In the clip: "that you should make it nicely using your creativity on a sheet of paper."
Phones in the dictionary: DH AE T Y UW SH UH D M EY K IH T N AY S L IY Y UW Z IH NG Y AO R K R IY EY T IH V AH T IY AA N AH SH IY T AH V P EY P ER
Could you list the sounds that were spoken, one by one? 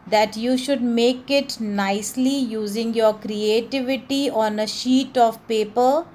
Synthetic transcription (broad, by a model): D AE T Y UW SH UH D M EY K IH T N AY S L IY Y UW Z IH NG Y AO R K R IY EY T IH V AH T IY AA N AH SH IY T AH V P EY P ER